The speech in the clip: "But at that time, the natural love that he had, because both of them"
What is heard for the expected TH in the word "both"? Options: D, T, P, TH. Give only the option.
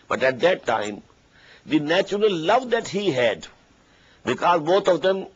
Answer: T